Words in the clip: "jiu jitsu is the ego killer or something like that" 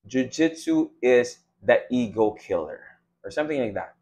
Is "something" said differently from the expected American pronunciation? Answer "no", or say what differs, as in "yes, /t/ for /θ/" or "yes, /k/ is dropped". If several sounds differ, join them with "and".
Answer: no